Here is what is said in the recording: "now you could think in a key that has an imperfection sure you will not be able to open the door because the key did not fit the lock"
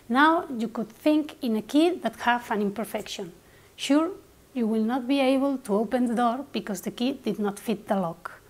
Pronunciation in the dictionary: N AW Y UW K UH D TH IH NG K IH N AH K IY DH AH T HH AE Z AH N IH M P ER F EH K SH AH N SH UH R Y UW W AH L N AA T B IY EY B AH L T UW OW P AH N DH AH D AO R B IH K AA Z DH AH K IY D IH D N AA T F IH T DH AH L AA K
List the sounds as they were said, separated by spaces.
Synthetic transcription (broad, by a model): N AW Y UW K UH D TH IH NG K IH N AH K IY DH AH T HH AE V AH N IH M P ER F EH K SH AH N SH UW R Y UW W AH L N AA T B IY EY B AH L T UW OW P AH N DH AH D AO R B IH K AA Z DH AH K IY D IH D N AA T F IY T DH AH L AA K